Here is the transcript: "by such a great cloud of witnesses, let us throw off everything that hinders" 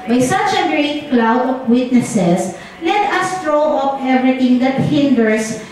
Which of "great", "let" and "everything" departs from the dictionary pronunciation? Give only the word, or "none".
everything